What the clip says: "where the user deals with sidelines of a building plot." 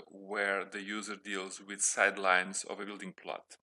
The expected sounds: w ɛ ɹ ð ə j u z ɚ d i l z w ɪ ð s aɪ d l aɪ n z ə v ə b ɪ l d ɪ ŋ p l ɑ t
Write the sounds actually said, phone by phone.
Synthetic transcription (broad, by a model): w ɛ ɹ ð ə j u z ɚ d i l z w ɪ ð s aɪ d l aɪ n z ə v ə b ɪ l d ɪ ŋ p l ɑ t